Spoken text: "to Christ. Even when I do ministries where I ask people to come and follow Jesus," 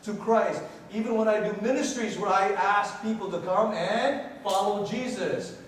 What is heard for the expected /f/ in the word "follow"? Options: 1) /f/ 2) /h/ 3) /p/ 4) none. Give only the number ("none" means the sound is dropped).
1